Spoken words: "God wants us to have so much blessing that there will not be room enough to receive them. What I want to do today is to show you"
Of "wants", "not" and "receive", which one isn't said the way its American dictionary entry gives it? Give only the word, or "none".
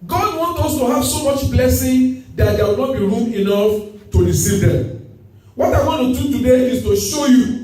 wants